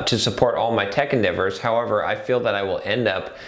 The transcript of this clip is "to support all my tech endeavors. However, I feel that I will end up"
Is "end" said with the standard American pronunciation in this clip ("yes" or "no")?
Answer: yes